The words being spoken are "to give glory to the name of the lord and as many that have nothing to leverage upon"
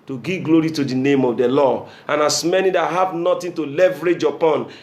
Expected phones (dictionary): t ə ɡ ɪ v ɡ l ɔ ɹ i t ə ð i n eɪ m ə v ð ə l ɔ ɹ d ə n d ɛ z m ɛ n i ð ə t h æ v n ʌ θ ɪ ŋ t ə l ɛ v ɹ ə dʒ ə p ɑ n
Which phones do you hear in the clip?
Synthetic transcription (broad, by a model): t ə ɡ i v ɡ l ɔ ɹ i t ə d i n eɪ m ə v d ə l ɔ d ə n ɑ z m ɛ n i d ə t h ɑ v n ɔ t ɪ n t ə l ɛ v ɹ ə dʒ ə p ɑ n